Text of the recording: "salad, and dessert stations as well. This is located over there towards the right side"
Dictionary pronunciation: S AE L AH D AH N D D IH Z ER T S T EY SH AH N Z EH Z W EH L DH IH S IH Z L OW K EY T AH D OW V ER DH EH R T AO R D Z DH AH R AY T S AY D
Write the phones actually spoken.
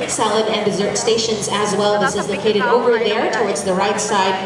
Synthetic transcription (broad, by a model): S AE L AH D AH N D D IH Z ER T S T EY SH AH N Z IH Z W EH L DH IH S IH Z L OW K EY T AH D OW V ER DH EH R T AO R D Z DH AH R AY T S AY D